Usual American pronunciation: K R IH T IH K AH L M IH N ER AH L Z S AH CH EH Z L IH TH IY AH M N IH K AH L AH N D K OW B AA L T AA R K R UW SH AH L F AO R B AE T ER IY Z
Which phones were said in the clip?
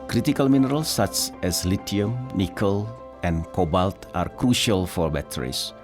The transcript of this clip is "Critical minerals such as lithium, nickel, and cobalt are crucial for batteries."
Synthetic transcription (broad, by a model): K R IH T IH K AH L M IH N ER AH L S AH CH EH S L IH T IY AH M N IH K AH L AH N K OW B AA L T AA R K R UW SH AH L F AO R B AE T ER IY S